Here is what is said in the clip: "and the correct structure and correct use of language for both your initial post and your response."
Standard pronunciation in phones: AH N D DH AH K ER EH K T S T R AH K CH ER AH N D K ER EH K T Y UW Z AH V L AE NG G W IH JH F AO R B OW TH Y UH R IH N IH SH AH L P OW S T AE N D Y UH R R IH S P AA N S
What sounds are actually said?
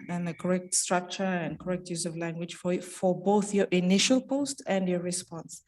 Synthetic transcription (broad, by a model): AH N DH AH K ER EH K T S T R AH K CH ER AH N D K ER EH K T Y UW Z AH V L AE NG G W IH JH F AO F B OW TH Y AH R IH N IH SH AH L P OW S T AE N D Y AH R R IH S P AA N S